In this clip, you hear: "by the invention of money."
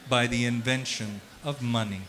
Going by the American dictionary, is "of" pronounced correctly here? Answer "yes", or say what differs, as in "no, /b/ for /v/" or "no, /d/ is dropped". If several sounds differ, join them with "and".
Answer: yes